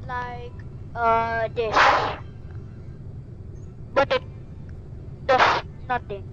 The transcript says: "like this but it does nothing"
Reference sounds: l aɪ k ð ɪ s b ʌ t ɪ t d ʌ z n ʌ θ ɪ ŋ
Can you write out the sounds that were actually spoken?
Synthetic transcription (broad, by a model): l aɪ k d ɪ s b ʌ t ɪ t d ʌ s n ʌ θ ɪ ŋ